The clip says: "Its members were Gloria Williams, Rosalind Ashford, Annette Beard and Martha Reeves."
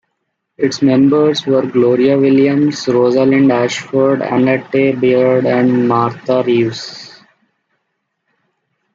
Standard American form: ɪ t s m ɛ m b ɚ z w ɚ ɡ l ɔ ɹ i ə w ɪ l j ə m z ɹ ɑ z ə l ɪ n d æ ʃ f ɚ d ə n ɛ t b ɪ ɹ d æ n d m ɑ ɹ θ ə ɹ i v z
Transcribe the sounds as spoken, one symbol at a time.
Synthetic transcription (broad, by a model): ɪ t s m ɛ m b ɚ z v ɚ ɡ l ɔ ɹ i ə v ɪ l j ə m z ɹ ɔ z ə l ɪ n d æ ʃ f ɚ d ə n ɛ t b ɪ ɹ d æ n d m ɑ ɹ t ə ɹ i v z